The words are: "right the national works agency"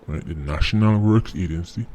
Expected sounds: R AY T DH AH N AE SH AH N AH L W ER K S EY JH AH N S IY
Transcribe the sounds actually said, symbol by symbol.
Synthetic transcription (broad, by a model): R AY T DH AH N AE SH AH N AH L W ER K S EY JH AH N S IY